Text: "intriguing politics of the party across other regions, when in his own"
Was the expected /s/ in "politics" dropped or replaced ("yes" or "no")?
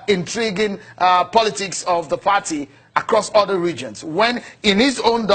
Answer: no